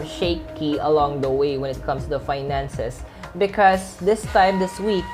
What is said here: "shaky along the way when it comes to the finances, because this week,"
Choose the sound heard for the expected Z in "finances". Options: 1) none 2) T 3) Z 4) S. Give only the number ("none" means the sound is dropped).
4